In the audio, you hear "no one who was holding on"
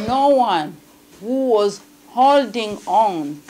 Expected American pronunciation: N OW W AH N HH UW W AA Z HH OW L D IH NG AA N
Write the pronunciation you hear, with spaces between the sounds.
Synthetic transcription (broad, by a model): N OW W AH N HH UW W AA Z HH OW L D IH NG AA N